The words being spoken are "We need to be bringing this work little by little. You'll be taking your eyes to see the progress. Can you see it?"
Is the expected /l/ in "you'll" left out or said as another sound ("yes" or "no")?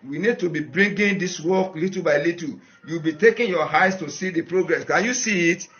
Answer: yes